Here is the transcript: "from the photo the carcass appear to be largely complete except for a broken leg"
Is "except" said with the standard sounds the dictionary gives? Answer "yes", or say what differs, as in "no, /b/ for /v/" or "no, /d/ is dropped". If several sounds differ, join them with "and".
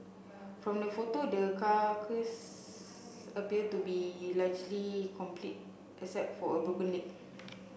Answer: no, /k/ is dropped